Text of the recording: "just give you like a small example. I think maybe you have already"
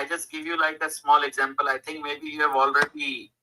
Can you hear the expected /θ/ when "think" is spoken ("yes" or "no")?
no